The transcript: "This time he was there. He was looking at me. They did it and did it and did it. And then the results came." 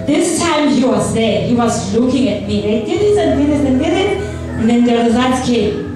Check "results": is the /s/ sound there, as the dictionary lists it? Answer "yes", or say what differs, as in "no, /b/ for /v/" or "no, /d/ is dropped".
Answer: no, /s/ is dropped